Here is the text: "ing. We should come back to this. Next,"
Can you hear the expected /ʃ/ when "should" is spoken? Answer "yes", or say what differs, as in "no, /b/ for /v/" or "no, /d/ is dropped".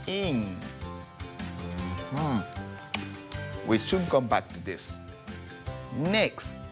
no, /s/ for /ʃ/